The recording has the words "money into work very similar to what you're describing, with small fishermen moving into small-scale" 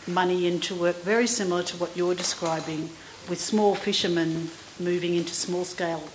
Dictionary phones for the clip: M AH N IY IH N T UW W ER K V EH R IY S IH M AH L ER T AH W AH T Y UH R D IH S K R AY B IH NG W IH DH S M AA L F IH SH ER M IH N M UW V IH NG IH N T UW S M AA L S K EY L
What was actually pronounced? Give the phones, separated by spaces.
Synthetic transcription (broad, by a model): M AH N IY IH N T UW W ER K V EH R IY S IH M L ER T AH W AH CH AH R D IH S K R AY B IH NG W IH DH S M AA L F IH SH ER M IH N M UW V IH NG IH N T UW S M AA L S K EY L